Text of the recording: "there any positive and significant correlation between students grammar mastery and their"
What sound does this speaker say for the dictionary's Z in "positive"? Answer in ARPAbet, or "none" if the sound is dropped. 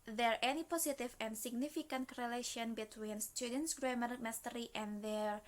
S